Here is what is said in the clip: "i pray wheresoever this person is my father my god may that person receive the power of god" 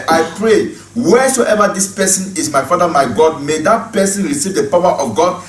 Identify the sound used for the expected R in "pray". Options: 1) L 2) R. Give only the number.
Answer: 2